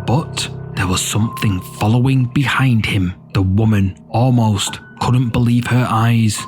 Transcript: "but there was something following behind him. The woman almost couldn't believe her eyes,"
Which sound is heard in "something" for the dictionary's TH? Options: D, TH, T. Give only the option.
TH